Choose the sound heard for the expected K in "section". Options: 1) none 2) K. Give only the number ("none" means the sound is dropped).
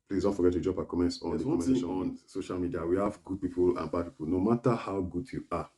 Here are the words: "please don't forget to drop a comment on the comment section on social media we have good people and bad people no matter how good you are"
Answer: 1